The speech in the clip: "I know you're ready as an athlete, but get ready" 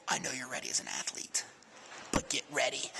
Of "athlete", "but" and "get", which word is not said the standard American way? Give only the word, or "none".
none